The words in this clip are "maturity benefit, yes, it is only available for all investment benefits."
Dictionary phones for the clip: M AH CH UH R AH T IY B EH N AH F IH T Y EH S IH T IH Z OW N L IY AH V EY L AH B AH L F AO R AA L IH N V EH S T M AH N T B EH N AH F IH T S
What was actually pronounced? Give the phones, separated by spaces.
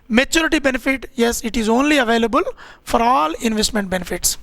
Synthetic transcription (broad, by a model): M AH CH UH R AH T IY B EH N AH F IH T Y EH S IH T IH Z OW N L IY AH V EY L AH B AH L F AO R AA L IH N V EH S T M AH N T B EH N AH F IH T S